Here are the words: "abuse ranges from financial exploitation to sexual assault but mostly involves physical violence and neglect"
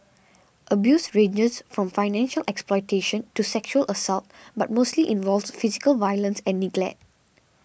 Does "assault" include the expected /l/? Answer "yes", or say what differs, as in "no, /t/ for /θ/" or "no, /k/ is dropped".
yes